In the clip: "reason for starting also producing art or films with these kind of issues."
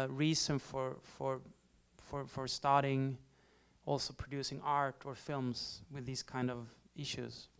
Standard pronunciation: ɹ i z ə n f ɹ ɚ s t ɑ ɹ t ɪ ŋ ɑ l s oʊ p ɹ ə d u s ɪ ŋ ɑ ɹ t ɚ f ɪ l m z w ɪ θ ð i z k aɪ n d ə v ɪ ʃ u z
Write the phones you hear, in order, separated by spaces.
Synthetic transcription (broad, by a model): ɹ i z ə n f ɹ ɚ s t ɑ ɹ t ɪ ŋ ɑ l s oʊ p ɹ ə d u s ɪ ŋ ɑ ɹ t ɚ f ɪ l m z w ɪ ð i z k aɪ n d ə v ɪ ʃ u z